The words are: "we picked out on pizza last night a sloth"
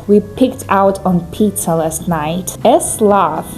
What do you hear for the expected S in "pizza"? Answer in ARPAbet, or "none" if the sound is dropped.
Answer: none